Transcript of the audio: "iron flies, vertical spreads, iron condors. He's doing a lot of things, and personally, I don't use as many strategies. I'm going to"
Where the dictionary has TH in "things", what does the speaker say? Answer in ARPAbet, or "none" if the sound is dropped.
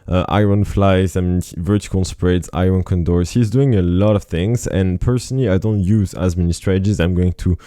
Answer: TH